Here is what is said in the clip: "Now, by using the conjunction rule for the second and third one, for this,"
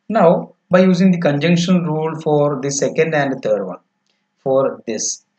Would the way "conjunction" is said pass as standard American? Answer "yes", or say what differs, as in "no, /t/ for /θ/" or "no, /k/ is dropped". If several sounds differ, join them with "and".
yes